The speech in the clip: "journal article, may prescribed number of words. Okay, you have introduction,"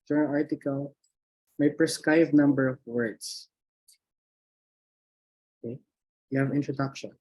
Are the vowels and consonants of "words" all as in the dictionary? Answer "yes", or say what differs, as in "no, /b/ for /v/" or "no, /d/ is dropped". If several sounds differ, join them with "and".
no, /s/ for /z/